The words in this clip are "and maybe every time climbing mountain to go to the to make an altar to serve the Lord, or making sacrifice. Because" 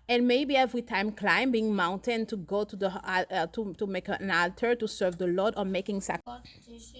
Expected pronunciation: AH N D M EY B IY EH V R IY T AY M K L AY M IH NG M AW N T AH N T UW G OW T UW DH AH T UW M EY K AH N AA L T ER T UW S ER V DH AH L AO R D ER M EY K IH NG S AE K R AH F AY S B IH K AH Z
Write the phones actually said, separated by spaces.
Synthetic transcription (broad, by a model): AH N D M EY B IY EH V R IY T AY M K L AY M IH NG M AW N T AH N T UW G OW T UW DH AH T UW M EY K AH N AA L T ER T UW S ER V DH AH L AO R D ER M EY K IH NG S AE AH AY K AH